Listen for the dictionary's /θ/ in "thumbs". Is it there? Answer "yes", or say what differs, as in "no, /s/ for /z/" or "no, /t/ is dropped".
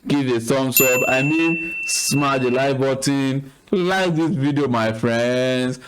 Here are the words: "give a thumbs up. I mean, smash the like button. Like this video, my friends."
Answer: no, /s/ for /θ/